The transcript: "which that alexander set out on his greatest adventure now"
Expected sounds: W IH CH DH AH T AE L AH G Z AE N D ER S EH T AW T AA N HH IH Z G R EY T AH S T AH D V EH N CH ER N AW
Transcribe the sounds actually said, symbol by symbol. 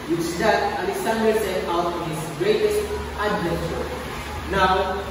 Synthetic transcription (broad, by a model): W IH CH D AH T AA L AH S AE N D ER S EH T AW T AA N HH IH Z G R EY T AH S T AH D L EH CH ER N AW